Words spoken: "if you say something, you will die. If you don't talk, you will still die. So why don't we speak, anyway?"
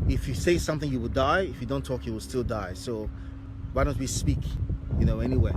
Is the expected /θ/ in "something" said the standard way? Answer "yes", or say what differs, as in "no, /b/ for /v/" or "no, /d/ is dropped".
yes